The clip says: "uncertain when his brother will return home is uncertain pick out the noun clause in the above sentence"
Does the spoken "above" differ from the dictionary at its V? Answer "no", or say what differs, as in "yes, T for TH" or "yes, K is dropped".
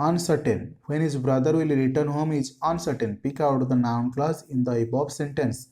yes, B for V